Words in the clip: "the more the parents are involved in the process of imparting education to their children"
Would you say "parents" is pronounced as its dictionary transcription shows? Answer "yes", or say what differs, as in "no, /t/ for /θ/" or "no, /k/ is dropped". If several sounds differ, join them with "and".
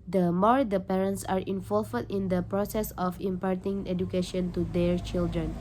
yes